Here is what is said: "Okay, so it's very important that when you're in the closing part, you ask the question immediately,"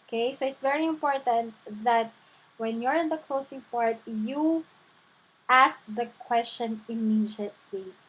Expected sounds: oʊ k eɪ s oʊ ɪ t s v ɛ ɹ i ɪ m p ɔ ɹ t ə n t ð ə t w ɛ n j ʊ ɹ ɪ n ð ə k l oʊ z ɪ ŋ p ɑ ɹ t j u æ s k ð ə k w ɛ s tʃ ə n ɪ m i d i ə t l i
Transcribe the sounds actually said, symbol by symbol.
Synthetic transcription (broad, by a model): k eɪ s oʊ ɪ t s v ɛ ɹ i ɪ m p ɔ ɹ t ə n t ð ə t w ɛ n j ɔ ɹ ɪ n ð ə k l oʊ s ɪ ŋ p ɑ ɹ t j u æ s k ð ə k w ɛ s tʃ ə n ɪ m i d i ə t l i